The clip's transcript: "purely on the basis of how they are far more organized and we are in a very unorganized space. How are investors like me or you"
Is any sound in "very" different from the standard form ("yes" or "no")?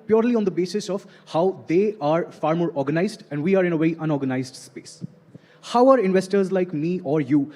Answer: yes